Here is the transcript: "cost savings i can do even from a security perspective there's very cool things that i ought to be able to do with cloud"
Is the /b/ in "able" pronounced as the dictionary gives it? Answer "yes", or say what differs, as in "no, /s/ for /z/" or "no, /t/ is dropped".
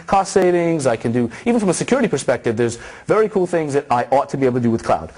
no, /b/ is dropped